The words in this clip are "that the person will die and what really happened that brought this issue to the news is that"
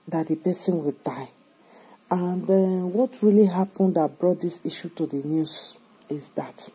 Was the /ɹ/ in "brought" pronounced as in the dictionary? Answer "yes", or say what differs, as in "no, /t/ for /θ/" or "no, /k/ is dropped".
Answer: yes